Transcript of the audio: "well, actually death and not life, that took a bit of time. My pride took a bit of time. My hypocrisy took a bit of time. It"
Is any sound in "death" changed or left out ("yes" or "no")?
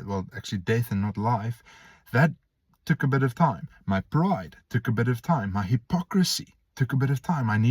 no